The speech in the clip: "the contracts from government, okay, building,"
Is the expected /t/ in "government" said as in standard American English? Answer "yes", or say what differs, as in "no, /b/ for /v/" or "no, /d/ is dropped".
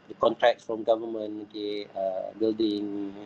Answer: no, /t/ is dropped